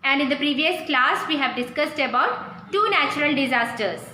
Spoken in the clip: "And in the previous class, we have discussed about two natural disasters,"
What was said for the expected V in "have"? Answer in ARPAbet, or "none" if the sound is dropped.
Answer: V